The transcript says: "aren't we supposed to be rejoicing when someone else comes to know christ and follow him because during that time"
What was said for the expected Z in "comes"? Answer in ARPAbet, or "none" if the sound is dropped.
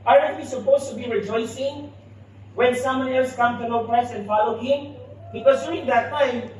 none